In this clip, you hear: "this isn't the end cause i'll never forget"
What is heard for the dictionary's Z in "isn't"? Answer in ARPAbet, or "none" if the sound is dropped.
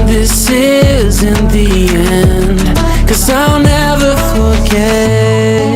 Z